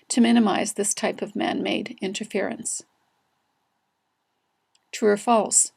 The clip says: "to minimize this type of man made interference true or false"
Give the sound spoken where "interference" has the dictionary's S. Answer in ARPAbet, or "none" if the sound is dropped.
S